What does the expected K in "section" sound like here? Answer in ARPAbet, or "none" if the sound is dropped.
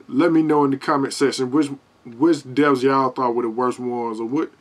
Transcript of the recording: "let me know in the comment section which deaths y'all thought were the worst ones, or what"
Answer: none